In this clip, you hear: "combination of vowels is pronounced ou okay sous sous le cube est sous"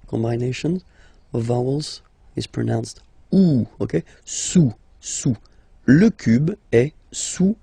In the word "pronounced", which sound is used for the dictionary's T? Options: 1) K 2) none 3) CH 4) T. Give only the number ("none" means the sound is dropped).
4